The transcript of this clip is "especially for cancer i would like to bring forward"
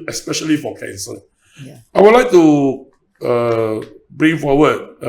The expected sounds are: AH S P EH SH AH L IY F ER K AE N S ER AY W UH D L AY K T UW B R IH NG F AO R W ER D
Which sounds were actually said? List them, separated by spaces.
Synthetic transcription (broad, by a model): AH S P EH SH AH L IY F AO K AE N S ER AY W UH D L AY K T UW B R IH NG F AO W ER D